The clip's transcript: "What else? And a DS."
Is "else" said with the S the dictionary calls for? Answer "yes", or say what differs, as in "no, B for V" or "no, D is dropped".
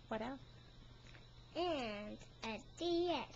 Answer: no, S is dropped